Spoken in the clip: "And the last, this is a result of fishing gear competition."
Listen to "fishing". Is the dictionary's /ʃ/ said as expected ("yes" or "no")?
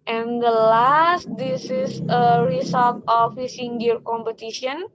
no